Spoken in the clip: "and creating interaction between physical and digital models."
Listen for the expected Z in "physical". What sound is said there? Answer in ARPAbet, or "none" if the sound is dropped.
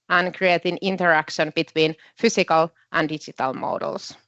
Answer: S